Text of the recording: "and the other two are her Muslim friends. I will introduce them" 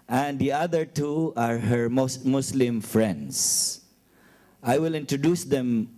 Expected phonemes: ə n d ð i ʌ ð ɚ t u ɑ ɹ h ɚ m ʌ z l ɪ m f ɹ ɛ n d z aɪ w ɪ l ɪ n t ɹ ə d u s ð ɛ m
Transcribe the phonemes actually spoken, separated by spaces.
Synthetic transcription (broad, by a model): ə n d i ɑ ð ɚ t u ɑ ɹ h ɚ m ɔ s l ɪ m f ɹ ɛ n d s aɪ w ɪ l ɪ n t ɹ ə d u s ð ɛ m